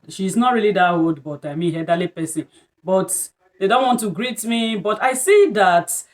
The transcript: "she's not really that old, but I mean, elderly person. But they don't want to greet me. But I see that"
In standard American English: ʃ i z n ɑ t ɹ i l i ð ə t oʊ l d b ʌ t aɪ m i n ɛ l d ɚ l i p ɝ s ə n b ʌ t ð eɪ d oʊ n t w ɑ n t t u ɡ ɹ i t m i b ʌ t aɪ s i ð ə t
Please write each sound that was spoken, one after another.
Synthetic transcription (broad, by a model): ʃ i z n ɑ t ɹ i l i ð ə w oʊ d b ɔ t aɪ m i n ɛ d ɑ l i p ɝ s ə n b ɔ t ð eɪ d oʊ n t w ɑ n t t u ɡ ɹ i t m i b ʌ t aɪ s i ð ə t